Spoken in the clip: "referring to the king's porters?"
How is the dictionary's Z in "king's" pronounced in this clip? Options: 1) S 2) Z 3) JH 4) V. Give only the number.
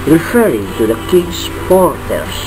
1